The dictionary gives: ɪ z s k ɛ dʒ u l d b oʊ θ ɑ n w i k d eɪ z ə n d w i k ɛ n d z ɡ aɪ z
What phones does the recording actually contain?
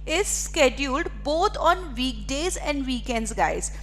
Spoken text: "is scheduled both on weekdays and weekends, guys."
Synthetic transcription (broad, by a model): ɪ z s k ɛ dʒ u l d b oʊ t ɑ n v i k d eɪ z ə n d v i k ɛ n d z ɡ aɪ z